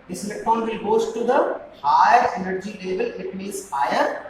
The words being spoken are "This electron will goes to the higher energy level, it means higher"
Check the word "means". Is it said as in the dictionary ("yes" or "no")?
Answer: no